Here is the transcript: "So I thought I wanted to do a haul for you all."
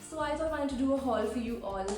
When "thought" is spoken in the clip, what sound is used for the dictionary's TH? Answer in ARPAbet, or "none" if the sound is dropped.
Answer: S